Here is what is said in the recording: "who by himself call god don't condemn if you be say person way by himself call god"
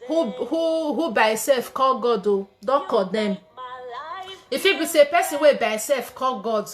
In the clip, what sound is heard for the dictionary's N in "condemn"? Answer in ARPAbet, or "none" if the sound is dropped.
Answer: none